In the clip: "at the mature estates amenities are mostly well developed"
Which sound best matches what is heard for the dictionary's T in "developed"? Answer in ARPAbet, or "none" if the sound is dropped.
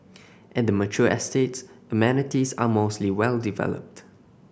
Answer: T